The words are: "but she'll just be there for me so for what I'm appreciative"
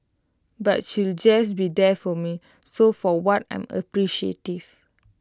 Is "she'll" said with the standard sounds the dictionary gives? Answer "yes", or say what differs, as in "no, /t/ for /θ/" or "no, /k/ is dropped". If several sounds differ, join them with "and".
yes